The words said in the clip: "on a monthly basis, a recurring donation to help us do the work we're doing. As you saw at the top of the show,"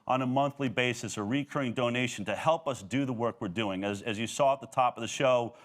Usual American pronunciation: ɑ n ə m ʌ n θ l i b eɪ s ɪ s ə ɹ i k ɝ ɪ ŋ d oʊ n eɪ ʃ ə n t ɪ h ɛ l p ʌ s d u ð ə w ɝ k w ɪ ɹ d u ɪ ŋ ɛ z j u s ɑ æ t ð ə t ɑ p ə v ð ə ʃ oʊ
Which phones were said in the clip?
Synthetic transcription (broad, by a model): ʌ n ə m ʌ n θ l i b eɪ s ɪ s ə ɹ i k ɝ ɪ ŋ d oʊ n eɪ ʃ n t ɪ h ɛ l p ʌ s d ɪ ð ə w ɝ k w ɪ ɹ d u ɪ ŋ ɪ z j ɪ s ɑ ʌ t ð ə t ɑ p ə v ð ə ʃ oʊ